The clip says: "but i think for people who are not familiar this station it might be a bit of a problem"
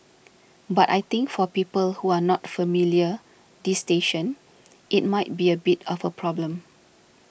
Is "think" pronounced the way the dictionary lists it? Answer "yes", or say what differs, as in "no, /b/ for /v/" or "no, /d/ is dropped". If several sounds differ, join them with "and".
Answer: no, /t/ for /θ/